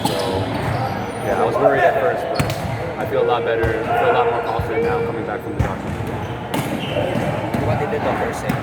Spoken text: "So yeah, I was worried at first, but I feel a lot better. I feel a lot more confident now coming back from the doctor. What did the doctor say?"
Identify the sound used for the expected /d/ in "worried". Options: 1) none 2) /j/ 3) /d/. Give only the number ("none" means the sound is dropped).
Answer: 1